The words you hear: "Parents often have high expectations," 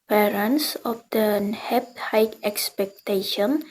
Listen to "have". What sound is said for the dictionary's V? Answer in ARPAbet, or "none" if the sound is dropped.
P